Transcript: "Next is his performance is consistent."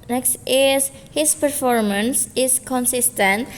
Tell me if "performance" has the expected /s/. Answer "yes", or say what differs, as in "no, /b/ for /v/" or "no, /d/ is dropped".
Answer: yes